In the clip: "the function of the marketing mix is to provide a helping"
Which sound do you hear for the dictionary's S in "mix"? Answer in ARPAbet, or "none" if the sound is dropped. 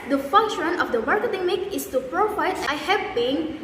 none